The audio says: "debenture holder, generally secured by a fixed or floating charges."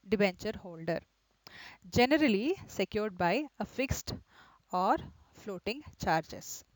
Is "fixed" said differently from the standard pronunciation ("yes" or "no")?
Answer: no